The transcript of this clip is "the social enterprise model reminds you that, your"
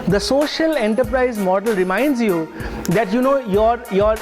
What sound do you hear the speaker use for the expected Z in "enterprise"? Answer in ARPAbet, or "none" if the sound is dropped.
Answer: Z